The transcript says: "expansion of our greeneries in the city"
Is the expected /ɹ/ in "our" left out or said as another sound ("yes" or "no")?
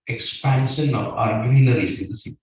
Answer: no